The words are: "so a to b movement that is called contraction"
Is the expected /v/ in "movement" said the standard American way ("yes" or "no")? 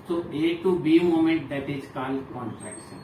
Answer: no